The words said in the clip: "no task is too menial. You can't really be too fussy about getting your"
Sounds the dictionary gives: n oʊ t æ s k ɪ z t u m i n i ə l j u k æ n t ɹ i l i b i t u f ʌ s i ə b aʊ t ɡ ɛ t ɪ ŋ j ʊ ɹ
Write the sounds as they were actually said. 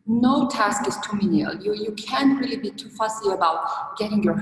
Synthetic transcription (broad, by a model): n oʊ t æ s k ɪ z t u m i n i ə l j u k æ n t ɹ i l i b i t u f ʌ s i ə b aʊ t ɡ ɛ t ɪ ŋ j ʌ ɹ